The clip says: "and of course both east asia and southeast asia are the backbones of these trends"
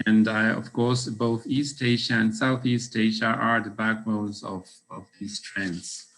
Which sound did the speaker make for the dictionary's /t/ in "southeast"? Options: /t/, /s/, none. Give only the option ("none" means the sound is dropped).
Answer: /t/